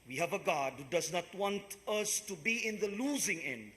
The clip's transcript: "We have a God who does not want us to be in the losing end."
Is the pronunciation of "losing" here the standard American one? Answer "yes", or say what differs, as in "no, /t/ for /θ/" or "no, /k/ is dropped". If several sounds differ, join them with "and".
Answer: yes